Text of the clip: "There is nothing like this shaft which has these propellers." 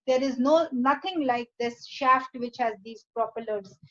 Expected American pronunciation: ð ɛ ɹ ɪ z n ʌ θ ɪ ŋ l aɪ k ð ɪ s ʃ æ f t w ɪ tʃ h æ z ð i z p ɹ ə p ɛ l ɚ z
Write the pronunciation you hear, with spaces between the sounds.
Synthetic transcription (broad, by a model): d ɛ ɹ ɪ z n ʌ t ɪ ŋ l aɪ k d ɪ s ʃ æ f t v ɪ tʃ h æ z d i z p ɹ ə p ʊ l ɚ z